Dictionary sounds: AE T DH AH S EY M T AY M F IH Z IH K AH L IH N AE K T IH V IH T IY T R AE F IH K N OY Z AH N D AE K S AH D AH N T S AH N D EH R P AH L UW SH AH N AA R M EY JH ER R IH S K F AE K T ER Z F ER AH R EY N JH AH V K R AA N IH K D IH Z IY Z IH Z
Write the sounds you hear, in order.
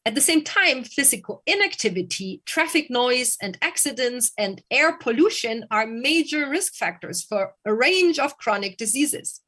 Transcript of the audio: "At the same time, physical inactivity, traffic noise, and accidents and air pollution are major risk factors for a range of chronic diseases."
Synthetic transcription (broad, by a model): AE T DH AH S EY M T AY M F IH Z IH K AH L IH N AE K T IH V IH T IY T R AE F IH K N OY Z AH N D AE K S AH D AH N T S AH N D EH R P AH L UW SH AH N AA R M EY JH ER R IH S K F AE K T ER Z F ER AH R EY N JH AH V K R AA N IH K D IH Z IY Z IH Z